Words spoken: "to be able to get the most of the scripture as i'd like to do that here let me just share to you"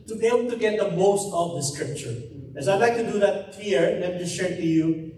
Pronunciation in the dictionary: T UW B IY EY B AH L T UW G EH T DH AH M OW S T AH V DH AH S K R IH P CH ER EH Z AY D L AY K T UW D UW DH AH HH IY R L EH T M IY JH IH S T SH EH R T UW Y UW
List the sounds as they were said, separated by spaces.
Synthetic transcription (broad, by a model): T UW B IY EY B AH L T UW G EH T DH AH M OW S T AH V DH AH S K R IH P CH ER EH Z AY D L AY K T UW D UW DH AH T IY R N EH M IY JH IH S SH EH R T UW Y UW